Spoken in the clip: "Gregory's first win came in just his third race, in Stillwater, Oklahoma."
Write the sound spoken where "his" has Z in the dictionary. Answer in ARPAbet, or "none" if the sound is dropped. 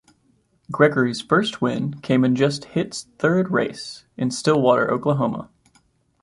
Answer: S